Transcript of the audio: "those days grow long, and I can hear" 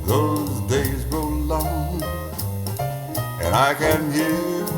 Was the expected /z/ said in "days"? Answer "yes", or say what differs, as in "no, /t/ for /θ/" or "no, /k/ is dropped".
yes